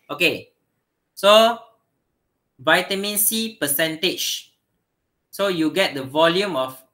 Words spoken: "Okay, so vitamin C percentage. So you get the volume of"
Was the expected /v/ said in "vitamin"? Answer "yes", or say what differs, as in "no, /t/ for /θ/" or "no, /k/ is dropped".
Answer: yes